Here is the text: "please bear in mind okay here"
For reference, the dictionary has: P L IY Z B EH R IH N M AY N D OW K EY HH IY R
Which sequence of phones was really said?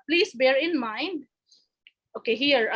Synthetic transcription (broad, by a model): P L IY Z B EH R IH N M AY N D OW K EY HH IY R